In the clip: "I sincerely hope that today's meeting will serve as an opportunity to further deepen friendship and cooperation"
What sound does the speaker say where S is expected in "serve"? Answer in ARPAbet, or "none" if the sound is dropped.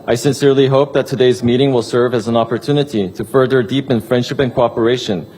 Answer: S